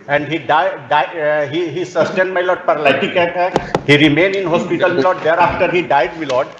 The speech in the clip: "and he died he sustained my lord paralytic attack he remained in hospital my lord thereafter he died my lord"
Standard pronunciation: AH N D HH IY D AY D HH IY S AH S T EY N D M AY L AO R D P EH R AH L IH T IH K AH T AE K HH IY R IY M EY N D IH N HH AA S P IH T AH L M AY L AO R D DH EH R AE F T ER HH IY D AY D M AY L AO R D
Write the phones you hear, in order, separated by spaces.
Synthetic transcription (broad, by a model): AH N D HH IY D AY D HH IY S AH S T EY N D M AY L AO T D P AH R L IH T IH K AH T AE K HH IY R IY M EY N IH N HH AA S P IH T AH L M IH L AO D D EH R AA F T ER HH IY D AY D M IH L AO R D